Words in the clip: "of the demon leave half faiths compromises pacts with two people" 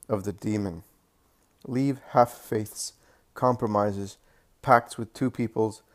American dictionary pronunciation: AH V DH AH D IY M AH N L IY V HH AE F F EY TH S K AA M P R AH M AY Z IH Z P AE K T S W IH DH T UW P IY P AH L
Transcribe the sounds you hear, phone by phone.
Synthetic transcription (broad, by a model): AH V DH AH D IY M AH N L IY V HH AE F F EY TH S K AA M P R AH M AY Z IH Z P AE K T S W IH DH T UW P IY P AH L